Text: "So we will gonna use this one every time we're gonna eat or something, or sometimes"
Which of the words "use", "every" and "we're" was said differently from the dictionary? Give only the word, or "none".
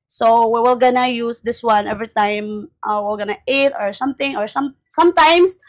we're